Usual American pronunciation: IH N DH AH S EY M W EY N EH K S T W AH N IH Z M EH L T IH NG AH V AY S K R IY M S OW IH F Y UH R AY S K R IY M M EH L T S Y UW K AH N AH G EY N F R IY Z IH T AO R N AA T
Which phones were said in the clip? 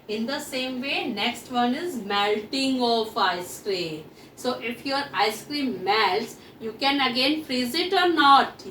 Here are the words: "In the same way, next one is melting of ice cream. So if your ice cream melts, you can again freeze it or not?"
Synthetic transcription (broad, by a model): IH N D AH S EY M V EY N EH K S T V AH N IH Z M EH L T IH NG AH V AY S K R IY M S OW IH F Y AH R AY S K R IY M M EH L T S Y UW K AH N AH G EY N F R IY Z IH T AO R N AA T